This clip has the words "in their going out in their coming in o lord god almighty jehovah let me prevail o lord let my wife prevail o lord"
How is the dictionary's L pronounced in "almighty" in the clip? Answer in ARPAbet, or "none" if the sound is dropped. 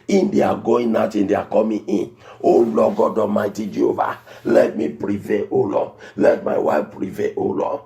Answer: none